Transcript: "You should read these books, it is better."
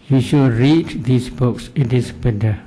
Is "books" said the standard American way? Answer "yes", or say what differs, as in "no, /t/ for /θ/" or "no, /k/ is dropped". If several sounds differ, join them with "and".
yes